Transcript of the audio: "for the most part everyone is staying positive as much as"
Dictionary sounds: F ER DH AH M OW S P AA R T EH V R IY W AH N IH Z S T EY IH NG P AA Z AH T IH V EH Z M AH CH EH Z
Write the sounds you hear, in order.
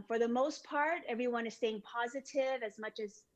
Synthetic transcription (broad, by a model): F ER DH AH M OW S P AA R T EH V R IY W AH N IH Z S T EY IH NG P AA Z AH T IH V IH Z M AH CH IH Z